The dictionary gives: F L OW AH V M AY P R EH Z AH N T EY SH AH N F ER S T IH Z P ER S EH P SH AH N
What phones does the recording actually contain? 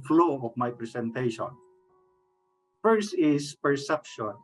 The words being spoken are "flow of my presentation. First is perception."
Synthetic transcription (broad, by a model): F L OW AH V M AY P R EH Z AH N T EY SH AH N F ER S IH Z P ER S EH P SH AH N